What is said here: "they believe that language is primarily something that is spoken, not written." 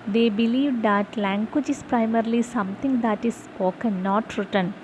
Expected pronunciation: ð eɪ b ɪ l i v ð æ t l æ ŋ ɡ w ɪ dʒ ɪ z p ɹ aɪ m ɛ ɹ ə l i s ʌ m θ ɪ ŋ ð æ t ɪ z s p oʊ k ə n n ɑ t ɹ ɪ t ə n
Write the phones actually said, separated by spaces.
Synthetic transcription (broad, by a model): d eɪ b ɪ l i v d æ t l æ ŋ ɡ w ɪ dʒ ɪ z p ɹ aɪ m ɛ ɹ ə l i s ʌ m t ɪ ŋ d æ t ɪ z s oʊ k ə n n ɑ t ɹ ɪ t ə n